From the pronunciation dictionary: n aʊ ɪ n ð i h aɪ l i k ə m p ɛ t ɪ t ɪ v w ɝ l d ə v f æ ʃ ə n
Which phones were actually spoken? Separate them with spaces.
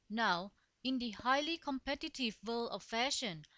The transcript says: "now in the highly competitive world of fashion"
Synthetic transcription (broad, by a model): n aʊ ɪ n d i h aɪ l i k ə m p ɛ t ɪ t ɪ v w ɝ l ə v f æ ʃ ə n